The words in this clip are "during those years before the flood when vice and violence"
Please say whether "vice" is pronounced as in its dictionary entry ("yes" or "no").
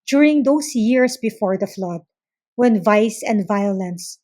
yes